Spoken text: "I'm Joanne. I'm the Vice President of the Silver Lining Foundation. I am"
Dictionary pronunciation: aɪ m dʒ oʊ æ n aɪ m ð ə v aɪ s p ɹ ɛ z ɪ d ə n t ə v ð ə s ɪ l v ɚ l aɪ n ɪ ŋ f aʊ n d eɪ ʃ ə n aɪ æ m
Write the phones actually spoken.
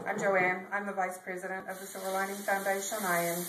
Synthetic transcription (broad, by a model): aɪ m dʒ oʊ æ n aɪ m ð ə v aɪ s p ɹ ɛ z ɪ d ə n t ə v ð ə s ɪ v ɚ l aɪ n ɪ ŋ f aʊ n d eɪ ʃ ə n aɪ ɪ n